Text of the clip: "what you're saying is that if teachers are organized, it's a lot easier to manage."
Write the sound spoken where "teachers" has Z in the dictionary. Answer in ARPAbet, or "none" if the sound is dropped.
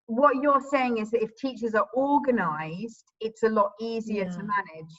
Z